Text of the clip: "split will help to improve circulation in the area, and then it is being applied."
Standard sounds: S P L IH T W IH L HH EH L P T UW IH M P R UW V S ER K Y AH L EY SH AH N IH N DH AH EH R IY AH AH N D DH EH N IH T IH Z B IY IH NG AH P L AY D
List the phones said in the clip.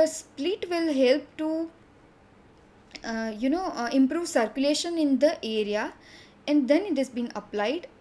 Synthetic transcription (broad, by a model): S P L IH T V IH L HH EH L P T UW IH M P R UW V S ER K Y AH L EY SH AH N IH N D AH EH R IY AH AH N D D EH N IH T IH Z B IY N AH P L AY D